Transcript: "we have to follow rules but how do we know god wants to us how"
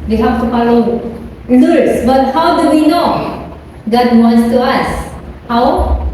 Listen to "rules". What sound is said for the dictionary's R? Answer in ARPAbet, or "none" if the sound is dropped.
L